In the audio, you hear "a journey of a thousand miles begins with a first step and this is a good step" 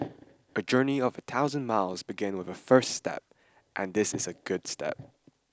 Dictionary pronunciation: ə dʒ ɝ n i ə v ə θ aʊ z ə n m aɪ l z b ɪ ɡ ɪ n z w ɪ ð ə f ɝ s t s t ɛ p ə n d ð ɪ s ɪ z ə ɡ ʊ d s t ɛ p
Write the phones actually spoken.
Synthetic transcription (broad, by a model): ə dʒ ɝ n i ə v ə θ aʊ z ə n m aɪ l z b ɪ ɡ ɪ n w ɪ ð ə f ɝ s t s t ɛ p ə n ð ɪ s ɪ z ə ɡ ʊ d s t ɛ p